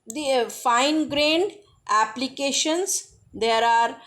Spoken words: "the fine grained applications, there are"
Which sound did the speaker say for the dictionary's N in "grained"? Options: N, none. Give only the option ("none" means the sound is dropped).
N